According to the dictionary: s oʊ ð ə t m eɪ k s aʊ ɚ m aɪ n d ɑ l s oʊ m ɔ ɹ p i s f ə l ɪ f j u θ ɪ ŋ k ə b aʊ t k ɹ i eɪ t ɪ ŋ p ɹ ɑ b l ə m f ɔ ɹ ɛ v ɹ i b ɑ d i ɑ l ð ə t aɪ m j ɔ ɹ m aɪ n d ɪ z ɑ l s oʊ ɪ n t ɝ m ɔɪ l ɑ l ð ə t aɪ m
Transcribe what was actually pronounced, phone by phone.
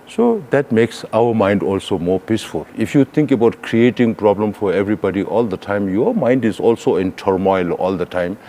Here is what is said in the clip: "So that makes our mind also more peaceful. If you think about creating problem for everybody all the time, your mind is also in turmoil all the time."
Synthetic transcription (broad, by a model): s oʊ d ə t m eɪ k s aʊ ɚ m aɪ n d ɑ l s oʊ m ɔ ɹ p i s f ə l ɪ f j u t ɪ ŋ k ə b aʊ t k ɹ i eɪ t ɪ ŋ p ɹ ɑ b l ə m f ɔ ɹ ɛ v ɹ i b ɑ d i ɑ l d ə t aɪ m j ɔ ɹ m aɪ n d ɪ z ɑ l s oʊ ɪ n t ɝ m ɔɪ l ɑ l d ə t aɪ m